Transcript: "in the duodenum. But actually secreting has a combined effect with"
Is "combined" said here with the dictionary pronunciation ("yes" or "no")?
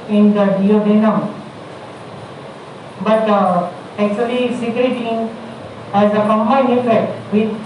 no